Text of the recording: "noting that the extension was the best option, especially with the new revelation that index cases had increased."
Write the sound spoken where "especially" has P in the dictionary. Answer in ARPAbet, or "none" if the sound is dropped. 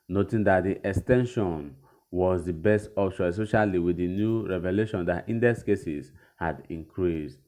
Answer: none